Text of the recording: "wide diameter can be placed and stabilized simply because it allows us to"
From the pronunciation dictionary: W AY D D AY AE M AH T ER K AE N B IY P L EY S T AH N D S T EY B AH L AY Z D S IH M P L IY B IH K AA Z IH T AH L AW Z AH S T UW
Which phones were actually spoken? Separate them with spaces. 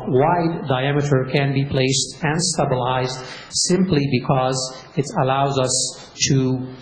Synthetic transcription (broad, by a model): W AY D D AY AE M AH T ER K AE N B IY P L EY S T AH N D S T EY B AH L AY Z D S IH M P L IY B IH K AA Z IH T AH L AW Z AH S T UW